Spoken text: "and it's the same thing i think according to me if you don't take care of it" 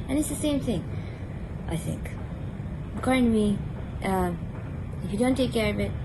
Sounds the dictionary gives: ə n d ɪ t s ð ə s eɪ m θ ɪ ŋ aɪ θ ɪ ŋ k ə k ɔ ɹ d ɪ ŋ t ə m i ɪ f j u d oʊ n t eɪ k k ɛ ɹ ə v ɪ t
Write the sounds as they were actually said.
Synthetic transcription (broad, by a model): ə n ɪ t s ð ə s eɪ m θ ɪ ŋ aɪ θ ɪ ŋ k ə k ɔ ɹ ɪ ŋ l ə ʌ ɪ f j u d oʊ n t eɪ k k ɛ ɹ ə v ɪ t